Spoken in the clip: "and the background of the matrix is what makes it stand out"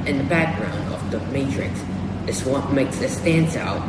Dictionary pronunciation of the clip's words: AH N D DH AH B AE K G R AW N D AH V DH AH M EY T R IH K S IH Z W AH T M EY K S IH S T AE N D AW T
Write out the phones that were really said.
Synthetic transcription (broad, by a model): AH N DH AH B AE K G R AW N D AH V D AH M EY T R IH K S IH S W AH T M EY K S IH S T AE N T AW